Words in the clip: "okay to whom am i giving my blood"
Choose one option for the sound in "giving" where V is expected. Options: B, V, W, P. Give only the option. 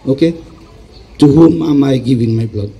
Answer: B